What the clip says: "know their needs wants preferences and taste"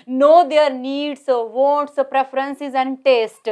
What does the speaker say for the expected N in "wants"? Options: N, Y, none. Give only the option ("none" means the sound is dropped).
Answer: none